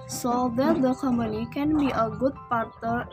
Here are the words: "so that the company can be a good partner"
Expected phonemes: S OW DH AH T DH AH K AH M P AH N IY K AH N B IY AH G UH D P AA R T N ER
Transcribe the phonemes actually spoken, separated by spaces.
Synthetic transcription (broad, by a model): S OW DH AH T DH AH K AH M AH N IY K AH N B IY AH G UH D P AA R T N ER